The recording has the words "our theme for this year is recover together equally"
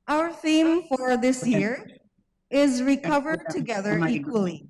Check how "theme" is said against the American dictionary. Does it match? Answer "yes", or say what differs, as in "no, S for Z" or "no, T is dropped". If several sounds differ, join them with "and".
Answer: yes